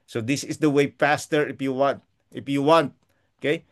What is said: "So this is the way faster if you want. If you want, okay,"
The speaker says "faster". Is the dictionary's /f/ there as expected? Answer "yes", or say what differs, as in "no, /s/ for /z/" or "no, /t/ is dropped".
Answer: no, /p/ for /f/